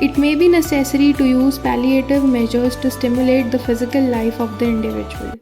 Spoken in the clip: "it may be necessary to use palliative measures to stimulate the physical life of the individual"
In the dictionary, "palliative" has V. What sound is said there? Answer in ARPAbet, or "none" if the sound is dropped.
V